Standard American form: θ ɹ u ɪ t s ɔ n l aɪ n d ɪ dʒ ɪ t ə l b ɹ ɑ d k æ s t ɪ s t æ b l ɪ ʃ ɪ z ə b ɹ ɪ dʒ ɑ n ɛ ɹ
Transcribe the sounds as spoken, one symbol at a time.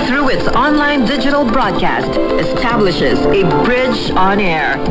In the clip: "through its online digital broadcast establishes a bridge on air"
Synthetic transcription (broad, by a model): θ ɹ u ɪ t s ɔ n l aɪ n d ɪ dʒ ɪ t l b ɹ ɑ d k æ s t ɪ s t æ b l ɪ ʃ ɪ z ə b ɹ ɪ dʒ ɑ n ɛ ɹ